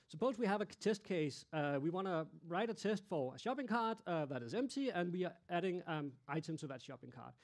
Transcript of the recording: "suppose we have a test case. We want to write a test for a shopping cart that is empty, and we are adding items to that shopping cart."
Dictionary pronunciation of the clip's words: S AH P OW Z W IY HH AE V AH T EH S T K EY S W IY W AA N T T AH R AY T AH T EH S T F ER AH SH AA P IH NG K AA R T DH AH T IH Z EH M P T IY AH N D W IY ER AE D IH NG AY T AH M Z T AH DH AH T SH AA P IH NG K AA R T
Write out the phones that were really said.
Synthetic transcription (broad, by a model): S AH P OW Z W IY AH V AH T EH S T K EY S W IY W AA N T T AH R AY T AH T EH S T F ER AH SH AA P IH NG K AA R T DH AH T IH Z EH M P T IY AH N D W IY ER AE D IH NG AY T AH M Z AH DH AH T SH AA P IH NG K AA R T